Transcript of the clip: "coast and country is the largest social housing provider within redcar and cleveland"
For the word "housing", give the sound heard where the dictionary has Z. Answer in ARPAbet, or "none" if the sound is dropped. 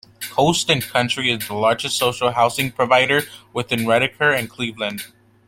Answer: S